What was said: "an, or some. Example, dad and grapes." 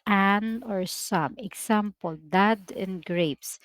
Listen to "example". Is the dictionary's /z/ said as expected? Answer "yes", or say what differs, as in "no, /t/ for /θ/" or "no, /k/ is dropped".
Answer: no, /s/ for /z/